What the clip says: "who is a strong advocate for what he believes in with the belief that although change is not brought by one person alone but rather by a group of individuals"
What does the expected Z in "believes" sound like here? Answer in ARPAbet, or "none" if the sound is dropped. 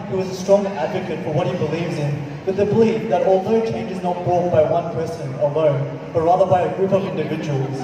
Z